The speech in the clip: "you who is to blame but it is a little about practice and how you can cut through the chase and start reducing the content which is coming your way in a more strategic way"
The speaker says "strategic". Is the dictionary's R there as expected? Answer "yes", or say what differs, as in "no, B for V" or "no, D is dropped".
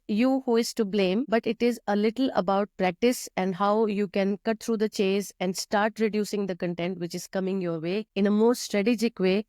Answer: yes